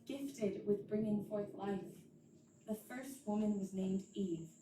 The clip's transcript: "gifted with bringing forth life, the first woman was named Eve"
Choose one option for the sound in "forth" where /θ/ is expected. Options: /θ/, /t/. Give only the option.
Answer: /θ/